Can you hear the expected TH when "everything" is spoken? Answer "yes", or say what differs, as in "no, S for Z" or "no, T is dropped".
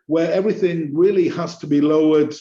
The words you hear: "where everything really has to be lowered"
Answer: yes